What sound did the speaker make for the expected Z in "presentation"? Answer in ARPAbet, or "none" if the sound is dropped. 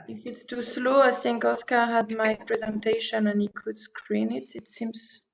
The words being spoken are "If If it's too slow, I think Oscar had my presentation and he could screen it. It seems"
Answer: Z